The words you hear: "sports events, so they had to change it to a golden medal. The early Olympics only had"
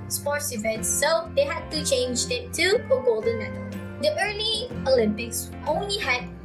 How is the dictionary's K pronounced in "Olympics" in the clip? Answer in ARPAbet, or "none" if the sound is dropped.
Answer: K